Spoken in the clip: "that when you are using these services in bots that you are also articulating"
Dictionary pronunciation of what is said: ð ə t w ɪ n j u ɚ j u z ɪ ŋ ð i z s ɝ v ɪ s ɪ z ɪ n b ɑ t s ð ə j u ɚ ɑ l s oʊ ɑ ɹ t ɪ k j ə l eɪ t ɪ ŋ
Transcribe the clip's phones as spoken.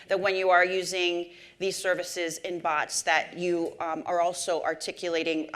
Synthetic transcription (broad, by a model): ð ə t w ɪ n j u ɚ j u z ɪ ŋ ð i z s ɝ v ɪ s ɪ z ɪ n b ɑ t s ð ə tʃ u ɚ ɑ l s oʊ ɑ ɹ t ɪ k j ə l eɪ t ɪ ŋ